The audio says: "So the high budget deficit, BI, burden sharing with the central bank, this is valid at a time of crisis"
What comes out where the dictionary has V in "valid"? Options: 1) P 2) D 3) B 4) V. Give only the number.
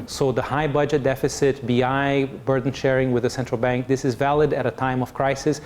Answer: 4